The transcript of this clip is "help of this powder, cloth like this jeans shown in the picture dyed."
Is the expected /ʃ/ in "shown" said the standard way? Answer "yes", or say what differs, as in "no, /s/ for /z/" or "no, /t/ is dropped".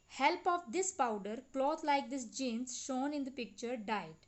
yes